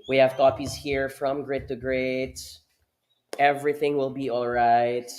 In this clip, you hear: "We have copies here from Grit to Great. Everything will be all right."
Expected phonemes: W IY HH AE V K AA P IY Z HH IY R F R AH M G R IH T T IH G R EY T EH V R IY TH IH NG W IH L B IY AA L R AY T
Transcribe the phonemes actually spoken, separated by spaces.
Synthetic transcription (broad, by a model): W IY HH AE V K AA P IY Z HH IY R F R AH M G R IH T T IH G R EY T EH V R IY TH IH NG W IH L B IY AA L R AY T